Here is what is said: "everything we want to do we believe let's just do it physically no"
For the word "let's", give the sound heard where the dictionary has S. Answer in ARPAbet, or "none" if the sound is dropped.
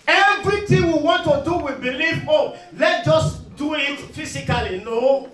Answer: none